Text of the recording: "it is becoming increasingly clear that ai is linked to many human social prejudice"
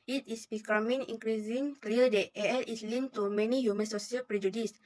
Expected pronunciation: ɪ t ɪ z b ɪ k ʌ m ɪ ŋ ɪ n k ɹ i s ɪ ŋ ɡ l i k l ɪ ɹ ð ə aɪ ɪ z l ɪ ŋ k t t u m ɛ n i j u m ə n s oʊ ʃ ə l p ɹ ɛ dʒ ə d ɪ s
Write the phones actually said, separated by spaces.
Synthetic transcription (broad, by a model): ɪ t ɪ s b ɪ k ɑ m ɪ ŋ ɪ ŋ k ɹ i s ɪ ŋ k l i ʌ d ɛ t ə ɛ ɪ s l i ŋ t t u m ɛ n i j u m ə n s oʊ s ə l p ɹ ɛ dʒ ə d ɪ s